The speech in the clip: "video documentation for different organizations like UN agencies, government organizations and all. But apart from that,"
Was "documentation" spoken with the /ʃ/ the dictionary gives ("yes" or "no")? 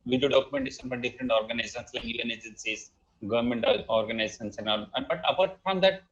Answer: no